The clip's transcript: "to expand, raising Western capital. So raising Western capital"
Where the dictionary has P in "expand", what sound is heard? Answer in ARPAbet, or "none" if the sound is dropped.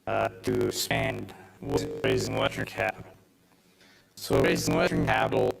none